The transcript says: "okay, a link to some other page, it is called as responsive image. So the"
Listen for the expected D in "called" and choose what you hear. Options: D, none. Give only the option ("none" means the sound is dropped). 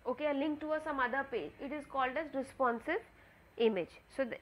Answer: D